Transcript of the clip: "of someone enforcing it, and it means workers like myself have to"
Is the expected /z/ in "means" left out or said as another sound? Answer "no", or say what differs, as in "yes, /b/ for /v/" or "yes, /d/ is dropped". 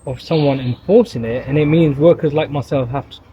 no